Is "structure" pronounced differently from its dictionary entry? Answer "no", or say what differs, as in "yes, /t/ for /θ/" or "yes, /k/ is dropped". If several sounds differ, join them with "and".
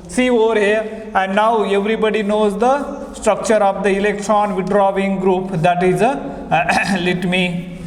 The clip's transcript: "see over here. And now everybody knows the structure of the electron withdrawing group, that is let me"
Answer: no